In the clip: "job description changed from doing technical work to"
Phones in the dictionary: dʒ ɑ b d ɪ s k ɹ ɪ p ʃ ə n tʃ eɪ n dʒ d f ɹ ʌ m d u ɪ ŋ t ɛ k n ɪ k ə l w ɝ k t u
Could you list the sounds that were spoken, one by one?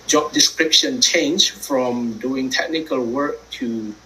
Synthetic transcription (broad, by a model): dʒ ɑ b d ɪ s k ɹ ɪ p ʃ ə n tʃ eɪ n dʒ f ɹ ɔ m d u ɪ ŋ t ɛ k n ɪ k ə l w ɝ k t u